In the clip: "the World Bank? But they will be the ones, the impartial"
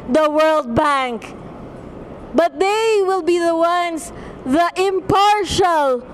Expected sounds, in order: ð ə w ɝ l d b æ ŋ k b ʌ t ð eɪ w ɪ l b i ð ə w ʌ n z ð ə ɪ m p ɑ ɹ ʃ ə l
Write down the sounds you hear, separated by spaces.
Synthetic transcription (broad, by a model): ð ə w ɝ l d b æ ŋ k b ʌ t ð eɪ w ɪ l b i ð ə w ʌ n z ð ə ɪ m p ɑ ɹ ʃ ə l